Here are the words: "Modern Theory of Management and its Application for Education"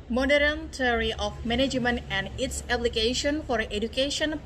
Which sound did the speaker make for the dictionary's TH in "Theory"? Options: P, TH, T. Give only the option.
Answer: T